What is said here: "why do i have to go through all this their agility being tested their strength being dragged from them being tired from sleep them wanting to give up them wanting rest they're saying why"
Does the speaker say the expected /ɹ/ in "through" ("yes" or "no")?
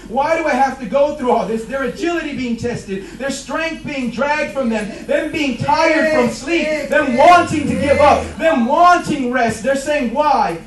yes